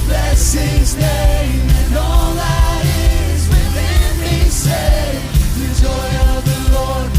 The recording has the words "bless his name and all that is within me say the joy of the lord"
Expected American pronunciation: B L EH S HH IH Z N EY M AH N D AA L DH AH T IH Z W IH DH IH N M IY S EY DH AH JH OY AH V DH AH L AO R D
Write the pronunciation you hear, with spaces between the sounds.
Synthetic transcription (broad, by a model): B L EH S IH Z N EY AH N AA L DH AH T IH Z W IH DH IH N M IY S EY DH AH JH OY AH V DH AH L AO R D